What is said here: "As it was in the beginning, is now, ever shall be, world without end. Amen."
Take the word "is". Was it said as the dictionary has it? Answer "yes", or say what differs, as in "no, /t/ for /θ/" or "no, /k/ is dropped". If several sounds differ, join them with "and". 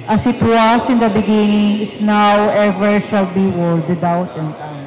no, /s/ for /z/